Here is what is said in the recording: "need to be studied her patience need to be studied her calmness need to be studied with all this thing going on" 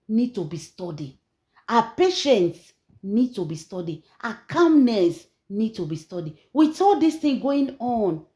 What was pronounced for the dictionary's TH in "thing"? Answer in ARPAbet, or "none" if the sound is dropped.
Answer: T